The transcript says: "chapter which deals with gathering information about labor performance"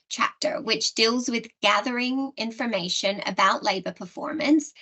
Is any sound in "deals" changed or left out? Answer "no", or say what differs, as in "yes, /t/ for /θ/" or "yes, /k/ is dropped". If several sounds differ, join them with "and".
no